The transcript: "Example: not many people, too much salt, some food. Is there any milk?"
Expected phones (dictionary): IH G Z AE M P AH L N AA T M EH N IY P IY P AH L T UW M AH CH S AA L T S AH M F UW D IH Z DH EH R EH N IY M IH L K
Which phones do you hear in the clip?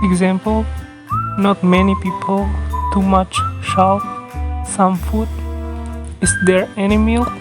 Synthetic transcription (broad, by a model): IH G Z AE M P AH L N AA T M EH N IY P IY P AH L T UW M AH CH SH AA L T S AH M F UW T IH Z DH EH R EH N IY M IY L